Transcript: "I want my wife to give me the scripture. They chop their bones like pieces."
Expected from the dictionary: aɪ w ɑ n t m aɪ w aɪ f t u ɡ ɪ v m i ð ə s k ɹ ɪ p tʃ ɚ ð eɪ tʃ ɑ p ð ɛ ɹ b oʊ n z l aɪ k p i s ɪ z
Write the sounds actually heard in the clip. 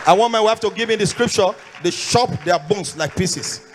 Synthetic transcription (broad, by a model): aɪ w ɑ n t m aɪ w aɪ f t u ɡ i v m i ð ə s k ɹ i p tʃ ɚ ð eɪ ʃ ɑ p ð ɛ b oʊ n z l aɪ k p i s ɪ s